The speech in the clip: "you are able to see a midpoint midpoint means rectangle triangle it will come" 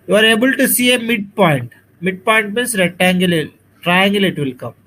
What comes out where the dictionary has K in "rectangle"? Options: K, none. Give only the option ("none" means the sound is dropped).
none